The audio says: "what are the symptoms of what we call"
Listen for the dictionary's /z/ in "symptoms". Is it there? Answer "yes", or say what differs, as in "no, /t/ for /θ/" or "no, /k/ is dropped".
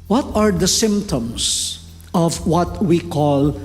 no, /s/ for /z/